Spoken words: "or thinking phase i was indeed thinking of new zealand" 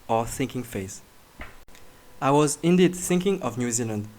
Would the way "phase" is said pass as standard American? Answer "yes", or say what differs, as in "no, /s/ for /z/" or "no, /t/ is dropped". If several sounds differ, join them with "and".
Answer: no, /s/ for /z/